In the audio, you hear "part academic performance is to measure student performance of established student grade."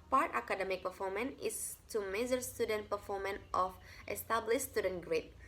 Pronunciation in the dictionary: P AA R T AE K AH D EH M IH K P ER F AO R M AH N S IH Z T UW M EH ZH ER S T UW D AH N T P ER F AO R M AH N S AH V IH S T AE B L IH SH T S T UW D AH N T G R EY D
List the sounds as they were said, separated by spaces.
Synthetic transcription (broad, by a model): P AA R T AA K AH D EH M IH K P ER F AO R M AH N IH S T UW M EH Z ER S T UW D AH N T P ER F AO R M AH N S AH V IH S T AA B L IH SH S T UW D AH N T G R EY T